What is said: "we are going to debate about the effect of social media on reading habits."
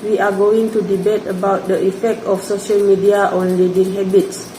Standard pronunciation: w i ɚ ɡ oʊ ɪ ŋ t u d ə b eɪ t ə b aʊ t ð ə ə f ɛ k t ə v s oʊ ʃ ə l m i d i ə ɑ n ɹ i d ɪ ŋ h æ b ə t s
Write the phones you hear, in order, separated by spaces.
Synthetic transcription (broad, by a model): w i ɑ ɡ oʊ ɪ ŋ t u d ə b eɪ t ə b aʊ t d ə ə f ɛ k t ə f s oʊ ʃ ə l m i d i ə ɑ n l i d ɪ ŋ h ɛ b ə t s